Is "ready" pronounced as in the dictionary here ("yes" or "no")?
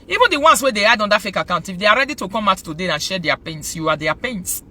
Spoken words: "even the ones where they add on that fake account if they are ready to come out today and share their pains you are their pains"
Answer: yes